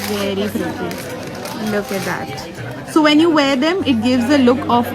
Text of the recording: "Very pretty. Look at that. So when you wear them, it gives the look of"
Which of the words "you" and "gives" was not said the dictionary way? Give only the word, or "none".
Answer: none